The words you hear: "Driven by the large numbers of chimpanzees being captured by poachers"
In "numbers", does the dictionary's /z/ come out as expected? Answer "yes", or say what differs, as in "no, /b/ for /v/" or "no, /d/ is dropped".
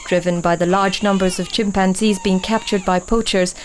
yes